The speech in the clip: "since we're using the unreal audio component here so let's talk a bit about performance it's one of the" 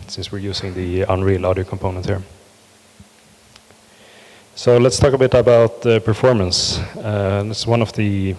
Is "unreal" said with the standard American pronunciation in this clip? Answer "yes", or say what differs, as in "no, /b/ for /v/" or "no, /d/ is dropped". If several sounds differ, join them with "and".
yes